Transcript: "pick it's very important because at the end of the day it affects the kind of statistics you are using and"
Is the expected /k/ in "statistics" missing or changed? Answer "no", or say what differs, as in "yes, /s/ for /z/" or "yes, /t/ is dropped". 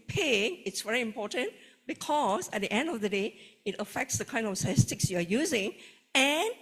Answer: no